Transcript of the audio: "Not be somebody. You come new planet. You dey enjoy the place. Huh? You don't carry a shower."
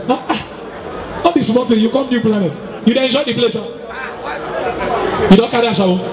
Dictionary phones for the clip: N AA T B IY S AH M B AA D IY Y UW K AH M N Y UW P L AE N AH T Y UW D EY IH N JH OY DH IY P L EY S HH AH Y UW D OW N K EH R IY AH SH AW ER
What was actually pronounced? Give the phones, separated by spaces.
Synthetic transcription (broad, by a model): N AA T B IY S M AA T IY Y UW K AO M N Y UW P L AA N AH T Y UW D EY IH N JH OY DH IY P L EY S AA Y UW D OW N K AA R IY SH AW